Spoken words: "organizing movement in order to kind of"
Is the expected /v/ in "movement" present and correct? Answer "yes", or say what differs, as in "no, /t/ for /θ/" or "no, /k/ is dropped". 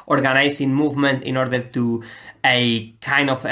yes